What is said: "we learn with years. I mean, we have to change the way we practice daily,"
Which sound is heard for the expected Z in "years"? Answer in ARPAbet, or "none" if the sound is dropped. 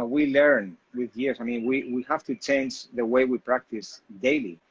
S